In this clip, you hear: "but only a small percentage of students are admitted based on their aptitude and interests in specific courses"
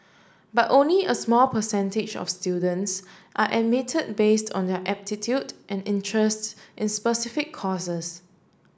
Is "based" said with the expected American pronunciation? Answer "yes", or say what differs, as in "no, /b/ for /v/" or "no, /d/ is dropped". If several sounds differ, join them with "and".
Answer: yes